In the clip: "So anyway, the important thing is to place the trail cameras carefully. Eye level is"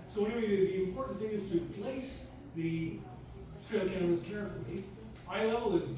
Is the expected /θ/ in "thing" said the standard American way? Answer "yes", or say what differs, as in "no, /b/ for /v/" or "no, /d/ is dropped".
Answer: yes